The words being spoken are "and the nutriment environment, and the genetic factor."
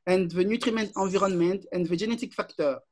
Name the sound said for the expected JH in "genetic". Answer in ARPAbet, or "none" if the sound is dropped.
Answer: ZH